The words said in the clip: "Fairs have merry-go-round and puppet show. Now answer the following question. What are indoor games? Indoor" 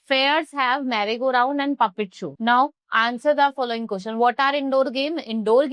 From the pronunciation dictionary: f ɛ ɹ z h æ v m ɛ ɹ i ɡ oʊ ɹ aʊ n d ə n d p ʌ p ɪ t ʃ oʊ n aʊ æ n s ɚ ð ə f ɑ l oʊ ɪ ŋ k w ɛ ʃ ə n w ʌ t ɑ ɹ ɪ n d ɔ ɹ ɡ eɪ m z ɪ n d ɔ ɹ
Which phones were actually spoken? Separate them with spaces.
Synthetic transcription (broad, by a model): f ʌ ɹ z h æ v m ɛ ɹ i ɡ oʊ ɹ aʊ n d ə n d p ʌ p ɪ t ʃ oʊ n aʊ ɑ n s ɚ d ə f ɑ l oʊ ɪ ŋ k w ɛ s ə n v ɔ t ɑ ɹ ɪ n d ɔ ɹ ɡ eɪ m ɪ n d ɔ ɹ